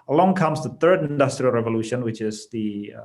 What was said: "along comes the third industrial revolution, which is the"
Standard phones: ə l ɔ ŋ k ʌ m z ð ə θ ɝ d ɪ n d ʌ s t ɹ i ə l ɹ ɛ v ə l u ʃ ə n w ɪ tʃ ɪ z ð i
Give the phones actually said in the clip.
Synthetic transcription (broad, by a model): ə l ɔ ŋ k ʌ m z ð ə θ ɝ d ɪ n d ʌ s t ɹ i ə l ɹ ɛ v ə l u ʃ ə n w ɪ tʃ ɪ z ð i